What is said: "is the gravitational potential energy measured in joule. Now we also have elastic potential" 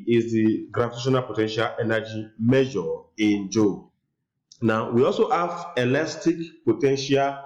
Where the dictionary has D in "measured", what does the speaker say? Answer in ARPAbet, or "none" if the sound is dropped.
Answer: none